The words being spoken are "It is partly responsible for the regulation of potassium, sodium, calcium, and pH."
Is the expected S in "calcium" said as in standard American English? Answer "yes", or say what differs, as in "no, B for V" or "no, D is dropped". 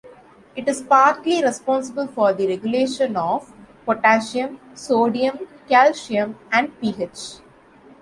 no, SH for S